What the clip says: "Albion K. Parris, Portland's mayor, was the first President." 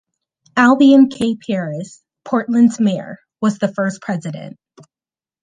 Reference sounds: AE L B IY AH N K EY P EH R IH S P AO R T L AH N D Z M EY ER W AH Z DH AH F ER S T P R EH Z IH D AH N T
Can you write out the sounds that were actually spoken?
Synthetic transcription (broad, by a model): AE L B IY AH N K EY P EH R IH S P AO R T L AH N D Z M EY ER W AH Z DH AH F ER S P R EH Z IH D AH N T